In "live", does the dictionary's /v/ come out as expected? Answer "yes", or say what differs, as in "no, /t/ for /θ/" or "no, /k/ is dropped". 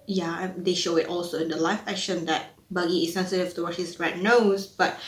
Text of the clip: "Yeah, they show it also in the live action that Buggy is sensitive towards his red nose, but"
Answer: no, /f/ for /v/